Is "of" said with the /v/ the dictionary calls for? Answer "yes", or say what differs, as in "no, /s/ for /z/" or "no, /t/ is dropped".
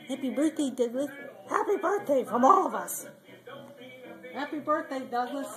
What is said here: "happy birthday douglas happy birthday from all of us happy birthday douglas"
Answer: yes